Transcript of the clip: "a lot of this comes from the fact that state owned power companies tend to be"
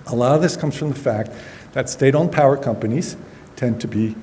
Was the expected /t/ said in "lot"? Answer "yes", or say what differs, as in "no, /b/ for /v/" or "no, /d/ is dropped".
no, /t/ is dropped